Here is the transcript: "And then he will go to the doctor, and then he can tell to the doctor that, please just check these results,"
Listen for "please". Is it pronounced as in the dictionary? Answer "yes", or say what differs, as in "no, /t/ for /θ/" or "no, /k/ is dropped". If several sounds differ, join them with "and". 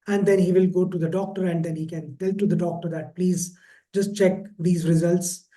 yes